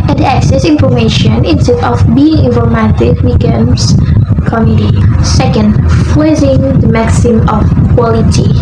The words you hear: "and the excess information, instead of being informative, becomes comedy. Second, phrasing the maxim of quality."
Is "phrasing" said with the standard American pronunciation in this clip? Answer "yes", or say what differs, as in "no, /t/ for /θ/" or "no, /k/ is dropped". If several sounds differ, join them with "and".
no, /l/ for /ɹ/